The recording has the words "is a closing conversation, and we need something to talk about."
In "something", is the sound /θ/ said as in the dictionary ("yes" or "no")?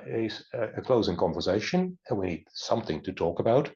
yes